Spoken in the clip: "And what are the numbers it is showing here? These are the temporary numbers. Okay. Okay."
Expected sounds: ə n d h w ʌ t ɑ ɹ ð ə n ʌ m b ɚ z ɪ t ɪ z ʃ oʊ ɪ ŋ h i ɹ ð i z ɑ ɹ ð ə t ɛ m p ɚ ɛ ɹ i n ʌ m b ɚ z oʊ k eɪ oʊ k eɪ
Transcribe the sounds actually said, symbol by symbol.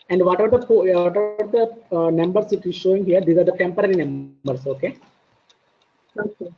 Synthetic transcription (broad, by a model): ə n d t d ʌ t ɑ ɹ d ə n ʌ m b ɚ s ɪ t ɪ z ʃ oʊ ɪ ŋ h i ɹ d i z ɑ ɹ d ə t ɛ m p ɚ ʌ ɹ i n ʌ m b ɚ s oʊ k eɪ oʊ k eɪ